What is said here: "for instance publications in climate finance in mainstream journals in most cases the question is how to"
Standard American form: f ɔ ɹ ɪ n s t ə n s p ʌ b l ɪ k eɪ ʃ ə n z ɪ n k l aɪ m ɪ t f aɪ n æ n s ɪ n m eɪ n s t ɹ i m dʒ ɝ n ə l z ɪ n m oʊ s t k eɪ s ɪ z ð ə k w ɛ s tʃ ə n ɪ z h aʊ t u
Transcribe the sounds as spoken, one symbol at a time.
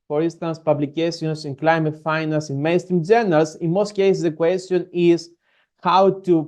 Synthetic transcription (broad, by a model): f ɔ ɹ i n s t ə n s p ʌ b l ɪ k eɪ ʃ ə n s ɪ n k l aɪ m ɪ t f aɪ n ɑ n s ɪ n m eɪ n s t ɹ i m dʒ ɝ n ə l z ɪ n m oʊ s t k eɪ s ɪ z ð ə k w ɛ s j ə n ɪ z h aʊ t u